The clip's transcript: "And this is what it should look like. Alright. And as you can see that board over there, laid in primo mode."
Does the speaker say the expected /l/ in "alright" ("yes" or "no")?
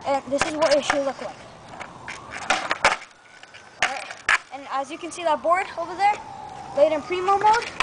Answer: no